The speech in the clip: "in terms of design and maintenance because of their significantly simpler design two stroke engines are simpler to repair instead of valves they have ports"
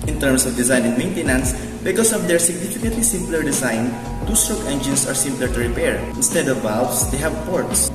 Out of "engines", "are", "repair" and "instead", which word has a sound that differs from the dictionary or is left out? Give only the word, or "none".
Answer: engines